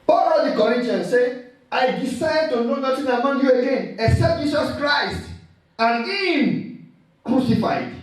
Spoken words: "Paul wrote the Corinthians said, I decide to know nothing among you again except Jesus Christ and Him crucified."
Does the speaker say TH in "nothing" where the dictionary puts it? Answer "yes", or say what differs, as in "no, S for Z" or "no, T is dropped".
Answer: no, T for TH